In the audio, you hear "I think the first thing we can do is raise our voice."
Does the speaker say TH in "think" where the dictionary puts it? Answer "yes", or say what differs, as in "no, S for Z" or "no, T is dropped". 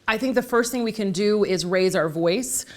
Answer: yes